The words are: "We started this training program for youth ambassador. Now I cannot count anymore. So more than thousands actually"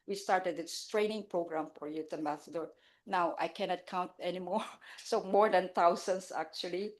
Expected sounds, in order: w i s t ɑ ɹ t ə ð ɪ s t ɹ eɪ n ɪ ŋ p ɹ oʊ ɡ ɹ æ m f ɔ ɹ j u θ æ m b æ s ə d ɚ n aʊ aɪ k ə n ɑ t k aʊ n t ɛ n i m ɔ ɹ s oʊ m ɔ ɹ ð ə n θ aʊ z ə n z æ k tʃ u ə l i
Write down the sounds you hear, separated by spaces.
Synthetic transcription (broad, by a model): w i s t ɑ ɹ t ə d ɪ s t ɹ eɪ n ɪ ŋ p ɹ oʊ ɡ ɹ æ m f ɔ ɹ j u t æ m b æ s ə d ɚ n aʊ aɪ k ə n ɑ t k aʊ n t ɛ n i m ɔ ɹ s oʊ m ɔ ɹ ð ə n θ aʊ s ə n s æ k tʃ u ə l i